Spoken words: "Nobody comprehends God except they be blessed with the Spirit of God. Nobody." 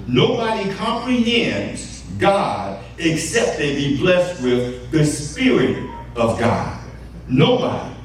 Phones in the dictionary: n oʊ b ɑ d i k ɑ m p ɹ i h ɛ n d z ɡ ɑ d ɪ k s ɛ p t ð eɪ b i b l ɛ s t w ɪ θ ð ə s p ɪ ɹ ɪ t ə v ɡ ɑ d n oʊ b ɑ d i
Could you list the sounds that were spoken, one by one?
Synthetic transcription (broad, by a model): n oʊ b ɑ d i k ɑ m p ɹ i h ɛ n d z ɡ ɑ d ɪ k s ɛ p t ð eɪ b i b l ɛ s t w ɪ ð ə s p ɪ ɹ ɪ t ə v ɡ ɑ d n oʊ b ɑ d i